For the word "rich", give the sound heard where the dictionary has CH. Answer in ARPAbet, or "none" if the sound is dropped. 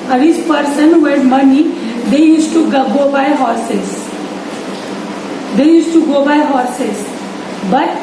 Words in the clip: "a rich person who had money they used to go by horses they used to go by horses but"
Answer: S